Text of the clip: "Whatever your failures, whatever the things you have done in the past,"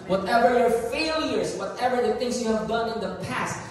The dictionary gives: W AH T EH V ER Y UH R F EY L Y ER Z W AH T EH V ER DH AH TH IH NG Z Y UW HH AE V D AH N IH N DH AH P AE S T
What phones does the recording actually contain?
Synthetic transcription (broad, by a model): W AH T EH V ER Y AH R F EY L Y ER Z W AH T EH V ER DH AH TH IH NG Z Y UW HH AE V D AH N IH N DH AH P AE S T